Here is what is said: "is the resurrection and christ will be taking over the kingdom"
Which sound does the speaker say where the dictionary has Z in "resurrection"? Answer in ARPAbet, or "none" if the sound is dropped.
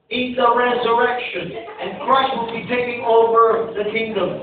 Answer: Z